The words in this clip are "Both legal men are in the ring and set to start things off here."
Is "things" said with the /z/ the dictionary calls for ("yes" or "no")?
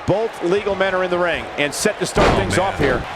yes